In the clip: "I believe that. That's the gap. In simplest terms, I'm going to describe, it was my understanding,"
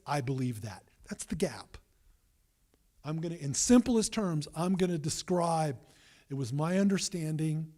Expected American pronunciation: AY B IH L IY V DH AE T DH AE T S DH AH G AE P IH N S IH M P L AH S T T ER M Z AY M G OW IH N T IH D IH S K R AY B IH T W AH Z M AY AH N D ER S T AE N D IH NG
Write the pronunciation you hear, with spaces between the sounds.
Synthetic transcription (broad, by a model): AY B IH L IY V DH AE T DH AE T S DH AH G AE P IH N S IH M P L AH S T T ER M Z AY M G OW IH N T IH D IH S K R AY B IH T W AH Z M AY AH N D ER S T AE N D IH NG